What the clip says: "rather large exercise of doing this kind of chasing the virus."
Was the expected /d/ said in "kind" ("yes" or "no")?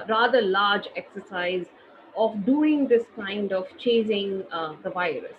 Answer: yes